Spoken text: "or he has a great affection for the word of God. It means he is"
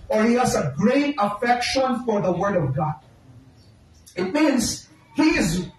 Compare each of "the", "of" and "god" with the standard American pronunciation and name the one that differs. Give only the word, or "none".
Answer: none